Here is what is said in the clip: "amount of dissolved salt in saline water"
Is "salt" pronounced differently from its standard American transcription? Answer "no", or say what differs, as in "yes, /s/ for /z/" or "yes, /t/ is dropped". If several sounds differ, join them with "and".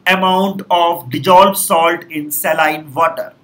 no